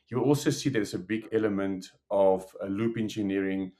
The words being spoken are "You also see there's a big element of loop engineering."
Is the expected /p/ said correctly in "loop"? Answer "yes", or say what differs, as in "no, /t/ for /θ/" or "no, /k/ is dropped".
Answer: yes